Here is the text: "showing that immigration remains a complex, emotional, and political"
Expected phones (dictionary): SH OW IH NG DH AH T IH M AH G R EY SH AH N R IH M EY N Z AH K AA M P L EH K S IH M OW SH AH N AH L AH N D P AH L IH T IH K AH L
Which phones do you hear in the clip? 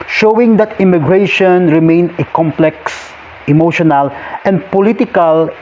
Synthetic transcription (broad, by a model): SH OW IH NG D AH T IH M AH G R EY SH AH N R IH M EY N AH K AA M P L EH K S IH M OW SH AH N AH L AH N D P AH L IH T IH K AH L